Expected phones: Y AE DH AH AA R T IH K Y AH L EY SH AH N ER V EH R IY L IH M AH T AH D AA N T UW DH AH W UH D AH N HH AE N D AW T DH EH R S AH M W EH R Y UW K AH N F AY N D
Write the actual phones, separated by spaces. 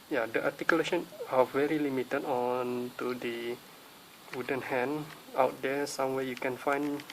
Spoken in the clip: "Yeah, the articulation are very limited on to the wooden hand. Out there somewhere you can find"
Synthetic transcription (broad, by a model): Y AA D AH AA T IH K Y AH L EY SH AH N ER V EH R IY L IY M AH T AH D AA N T UW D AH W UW D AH N HH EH N AW T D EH S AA M W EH Y UW K AH N F AY N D